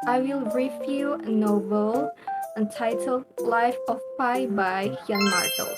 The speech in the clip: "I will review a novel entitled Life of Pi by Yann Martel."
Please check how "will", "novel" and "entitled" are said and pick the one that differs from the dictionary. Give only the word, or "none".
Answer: novel